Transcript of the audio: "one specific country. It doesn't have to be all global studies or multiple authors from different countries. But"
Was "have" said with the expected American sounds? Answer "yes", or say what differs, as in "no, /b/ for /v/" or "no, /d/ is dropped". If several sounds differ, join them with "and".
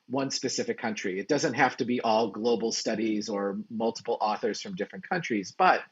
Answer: no, /f/ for /v/